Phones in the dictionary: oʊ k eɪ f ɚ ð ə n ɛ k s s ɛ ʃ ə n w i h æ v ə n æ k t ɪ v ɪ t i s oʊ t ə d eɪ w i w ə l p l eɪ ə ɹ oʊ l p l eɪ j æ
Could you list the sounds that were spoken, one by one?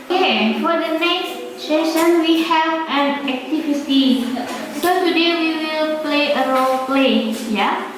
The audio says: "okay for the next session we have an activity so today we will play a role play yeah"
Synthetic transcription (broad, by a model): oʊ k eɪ f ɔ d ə n ɛ k s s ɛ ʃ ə n w i h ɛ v ə n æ k t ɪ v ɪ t i s oʊ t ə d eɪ w i w ə l p l eɪ ə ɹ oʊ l p l eɪ j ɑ